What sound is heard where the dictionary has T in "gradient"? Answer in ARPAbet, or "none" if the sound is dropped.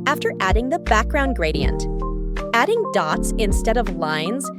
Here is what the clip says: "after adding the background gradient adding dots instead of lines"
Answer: T